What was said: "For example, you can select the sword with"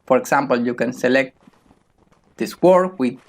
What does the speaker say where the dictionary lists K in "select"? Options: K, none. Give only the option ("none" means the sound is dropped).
K